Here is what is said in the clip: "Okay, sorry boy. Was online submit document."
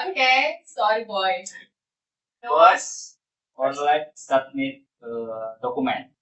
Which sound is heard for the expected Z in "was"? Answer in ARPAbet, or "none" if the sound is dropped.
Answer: S